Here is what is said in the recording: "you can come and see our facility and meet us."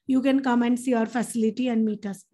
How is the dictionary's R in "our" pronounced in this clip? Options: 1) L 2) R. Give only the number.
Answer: 2